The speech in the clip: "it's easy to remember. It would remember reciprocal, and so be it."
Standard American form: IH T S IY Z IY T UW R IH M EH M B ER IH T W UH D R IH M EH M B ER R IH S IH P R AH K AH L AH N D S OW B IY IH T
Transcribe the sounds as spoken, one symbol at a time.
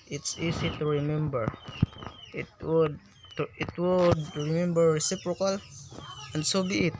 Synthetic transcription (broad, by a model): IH T S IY S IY T UW R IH M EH M B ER IH T W UH D R IH M EH M B ER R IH S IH P R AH K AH L AH N D S OW B IY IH T